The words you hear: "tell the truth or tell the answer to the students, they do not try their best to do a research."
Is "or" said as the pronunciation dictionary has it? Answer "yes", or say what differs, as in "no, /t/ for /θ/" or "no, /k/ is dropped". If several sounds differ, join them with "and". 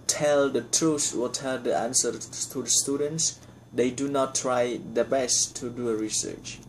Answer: no, /l/ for /ɹ/